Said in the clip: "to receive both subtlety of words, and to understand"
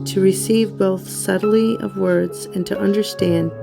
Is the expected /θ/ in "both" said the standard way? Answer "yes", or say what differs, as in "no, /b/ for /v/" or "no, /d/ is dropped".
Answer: yes